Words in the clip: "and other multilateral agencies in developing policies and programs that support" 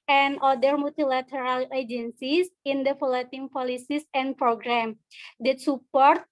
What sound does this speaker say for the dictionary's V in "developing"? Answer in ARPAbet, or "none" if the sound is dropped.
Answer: F